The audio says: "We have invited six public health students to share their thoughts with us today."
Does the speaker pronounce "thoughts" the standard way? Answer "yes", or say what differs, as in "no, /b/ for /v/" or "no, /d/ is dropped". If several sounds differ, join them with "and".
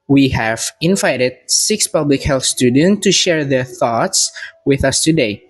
yes